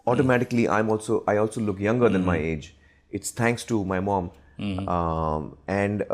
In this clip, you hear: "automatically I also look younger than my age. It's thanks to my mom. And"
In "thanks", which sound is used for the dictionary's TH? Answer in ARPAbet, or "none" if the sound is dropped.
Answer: T